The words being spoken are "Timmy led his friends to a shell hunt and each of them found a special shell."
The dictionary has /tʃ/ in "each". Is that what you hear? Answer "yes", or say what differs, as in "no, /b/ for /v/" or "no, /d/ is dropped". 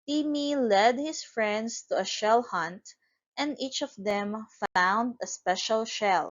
yes